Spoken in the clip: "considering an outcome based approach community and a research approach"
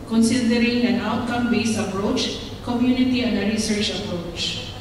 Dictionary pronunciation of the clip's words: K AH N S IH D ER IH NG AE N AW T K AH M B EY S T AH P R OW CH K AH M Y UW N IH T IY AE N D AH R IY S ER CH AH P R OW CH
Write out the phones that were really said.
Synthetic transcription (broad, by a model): K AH N S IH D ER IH NG AE N AW T K AH M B EY S AH P R OW CH K AH M Y UW N IH T IY AE N D AH R IY S ER CH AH P R OW CH